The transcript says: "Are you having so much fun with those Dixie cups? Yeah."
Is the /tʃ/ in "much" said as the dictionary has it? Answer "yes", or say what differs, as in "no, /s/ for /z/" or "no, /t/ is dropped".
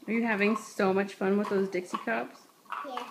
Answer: yes